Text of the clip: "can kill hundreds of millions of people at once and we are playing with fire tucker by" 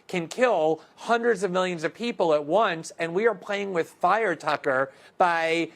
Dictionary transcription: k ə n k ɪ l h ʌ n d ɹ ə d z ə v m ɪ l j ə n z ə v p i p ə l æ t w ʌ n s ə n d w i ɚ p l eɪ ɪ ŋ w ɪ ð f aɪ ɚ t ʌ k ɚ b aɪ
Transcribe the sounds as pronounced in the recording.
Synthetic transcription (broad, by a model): k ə n k ɪ l h ʌ n d ɹ ə d z ə v m ɪ l j ə n z ə v p i p l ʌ t w ʌ n s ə n w i ɚ p l eɪ ɪ ŋ w ɪ ð f aɪ ɚ t ʌ k ɚ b aɪ